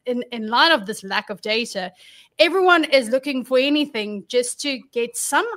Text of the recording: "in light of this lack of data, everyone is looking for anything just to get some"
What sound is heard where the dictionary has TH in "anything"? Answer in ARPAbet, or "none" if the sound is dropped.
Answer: TH